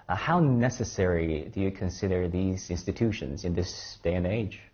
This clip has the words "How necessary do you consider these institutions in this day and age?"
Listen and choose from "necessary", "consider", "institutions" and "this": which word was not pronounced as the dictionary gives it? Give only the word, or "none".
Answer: none